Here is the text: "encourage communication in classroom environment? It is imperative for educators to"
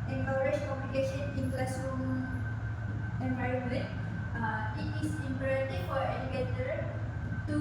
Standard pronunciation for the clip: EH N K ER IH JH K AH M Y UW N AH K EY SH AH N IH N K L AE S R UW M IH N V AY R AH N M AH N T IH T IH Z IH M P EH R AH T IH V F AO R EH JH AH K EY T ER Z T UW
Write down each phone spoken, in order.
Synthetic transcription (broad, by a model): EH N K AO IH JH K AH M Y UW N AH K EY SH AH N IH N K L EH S UW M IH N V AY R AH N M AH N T IH T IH S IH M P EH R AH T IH F AO R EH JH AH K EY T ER T UW